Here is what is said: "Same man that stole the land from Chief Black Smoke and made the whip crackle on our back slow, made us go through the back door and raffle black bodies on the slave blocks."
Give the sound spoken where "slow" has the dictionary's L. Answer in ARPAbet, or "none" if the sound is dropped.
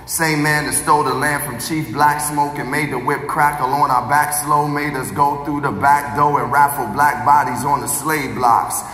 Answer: L